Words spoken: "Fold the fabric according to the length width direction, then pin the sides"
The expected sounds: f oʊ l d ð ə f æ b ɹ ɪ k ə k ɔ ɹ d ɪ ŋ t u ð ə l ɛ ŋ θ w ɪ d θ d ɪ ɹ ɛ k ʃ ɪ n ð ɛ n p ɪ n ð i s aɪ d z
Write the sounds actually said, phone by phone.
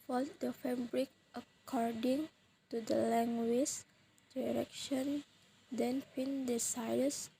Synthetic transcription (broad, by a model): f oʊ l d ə f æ b ɹ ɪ k ə k ɔ ɹ d ɪ ŋ t u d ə l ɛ ŋ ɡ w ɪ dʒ d ɪ ɹ ɛ k ʃ ɪ n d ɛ n f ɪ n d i s aɪ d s